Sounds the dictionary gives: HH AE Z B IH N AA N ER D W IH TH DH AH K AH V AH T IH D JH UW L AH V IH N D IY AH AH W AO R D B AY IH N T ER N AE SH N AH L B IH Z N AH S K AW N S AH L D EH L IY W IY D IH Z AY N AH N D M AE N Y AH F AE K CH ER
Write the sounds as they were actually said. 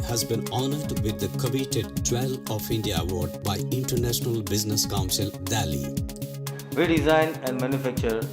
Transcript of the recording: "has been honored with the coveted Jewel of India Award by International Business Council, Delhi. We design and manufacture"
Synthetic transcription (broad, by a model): HH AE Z B IH N AA N ER D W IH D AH K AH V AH T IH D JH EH L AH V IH N D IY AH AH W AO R D B AY IH N T ER N AE SH N AH L B IH Z N AH S K AW N S AH L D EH L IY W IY D IH Z AY N AH N D M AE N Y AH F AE K CH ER